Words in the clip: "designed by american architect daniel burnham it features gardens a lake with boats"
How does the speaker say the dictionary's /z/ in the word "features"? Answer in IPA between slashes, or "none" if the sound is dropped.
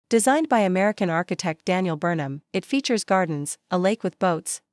/z/